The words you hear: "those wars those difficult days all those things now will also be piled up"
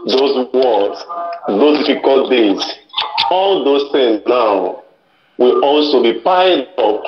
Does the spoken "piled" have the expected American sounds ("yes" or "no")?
no